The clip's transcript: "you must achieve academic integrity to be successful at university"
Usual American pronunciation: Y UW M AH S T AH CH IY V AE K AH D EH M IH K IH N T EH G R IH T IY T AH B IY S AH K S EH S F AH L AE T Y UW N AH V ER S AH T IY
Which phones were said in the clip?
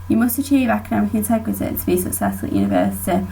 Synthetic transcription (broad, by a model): Y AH M AH S T AH CH IY V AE K AH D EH M IH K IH N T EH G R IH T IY T AH B IY S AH K S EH S AH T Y UW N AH V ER S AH T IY